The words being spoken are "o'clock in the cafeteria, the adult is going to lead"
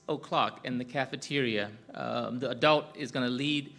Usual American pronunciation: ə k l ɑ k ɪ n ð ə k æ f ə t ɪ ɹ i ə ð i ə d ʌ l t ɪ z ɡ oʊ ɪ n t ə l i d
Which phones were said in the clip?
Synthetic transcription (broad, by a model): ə k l ɑ k ɪ n ð ə k æ f ə t ɪ ɹ i ə ð i ə d ʌ l t ɪ z ɡ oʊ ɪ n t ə l i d